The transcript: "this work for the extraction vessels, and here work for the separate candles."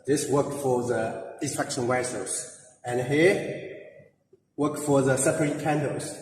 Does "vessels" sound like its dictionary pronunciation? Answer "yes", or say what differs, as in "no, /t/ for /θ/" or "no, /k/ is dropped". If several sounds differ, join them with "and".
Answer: no, /w/ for /v/